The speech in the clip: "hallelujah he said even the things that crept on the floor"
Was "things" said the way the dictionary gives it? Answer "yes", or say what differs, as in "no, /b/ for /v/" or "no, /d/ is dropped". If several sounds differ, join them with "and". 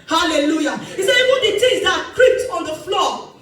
no, /t/ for /θ/